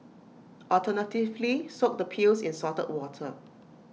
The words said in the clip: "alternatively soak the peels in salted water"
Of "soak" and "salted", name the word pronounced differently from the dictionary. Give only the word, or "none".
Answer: salted